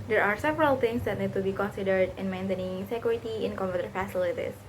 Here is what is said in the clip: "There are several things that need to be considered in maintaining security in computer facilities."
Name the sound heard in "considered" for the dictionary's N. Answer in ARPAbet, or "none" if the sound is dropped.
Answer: N